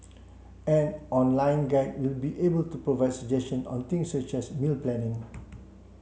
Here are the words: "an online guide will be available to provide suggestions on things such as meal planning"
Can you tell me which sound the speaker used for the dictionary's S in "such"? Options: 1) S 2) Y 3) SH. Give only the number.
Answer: 1